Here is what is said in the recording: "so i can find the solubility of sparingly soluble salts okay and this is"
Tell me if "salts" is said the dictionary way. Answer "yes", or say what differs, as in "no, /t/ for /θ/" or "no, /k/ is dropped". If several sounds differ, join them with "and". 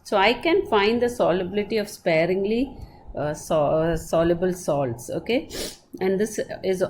yes